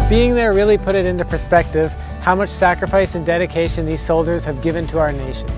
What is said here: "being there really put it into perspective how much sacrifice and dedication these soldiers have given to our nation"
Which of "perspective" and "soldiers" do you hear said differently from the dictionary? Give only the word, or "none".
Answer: none